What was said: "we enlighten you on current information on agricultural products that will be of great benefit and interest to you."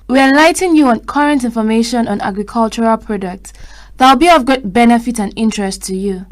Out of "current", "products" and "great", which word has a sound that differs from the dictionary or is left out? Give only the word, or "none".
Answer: great